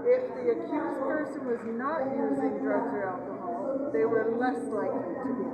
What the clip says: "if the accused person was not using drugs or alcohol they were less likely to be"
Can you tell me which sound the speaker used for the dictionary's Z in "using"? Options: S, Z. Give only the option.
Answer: Z